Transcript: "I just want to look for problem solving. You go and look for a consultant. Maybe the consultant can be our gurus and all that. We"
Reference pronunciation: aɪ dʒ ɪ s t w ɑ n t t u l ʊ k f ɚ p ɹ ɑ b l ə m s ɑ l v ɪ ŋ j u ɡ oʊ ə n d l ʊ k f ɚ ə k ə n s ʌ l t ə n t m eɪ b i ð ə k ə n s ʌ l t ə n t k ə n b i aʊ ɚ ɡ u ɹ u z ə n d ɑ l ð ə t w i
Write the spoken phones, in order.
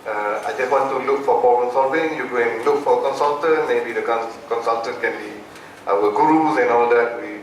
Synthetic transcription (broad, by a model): aɪ dʒ ɪ s t w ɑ n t t u l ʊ k f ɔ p ɑ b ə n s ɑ v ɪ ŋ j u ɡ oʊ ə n l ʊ k f ə k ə n s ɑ l t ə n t m eɪ b i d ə k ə n s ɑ l t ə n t k ə n b i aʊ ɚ ɡ u ɹ u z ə n ɑ l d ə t w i